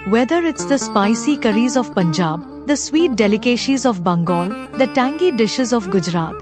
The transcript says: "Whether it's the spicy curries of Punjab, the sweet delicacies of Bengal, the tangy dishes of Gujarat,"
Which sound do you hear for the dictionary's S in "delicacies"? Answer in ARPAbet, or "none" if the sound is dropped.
SH